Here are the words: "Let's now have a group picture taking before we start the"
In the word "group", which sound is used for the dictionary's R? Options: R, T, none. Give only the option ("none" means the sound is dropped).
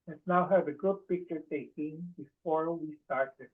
none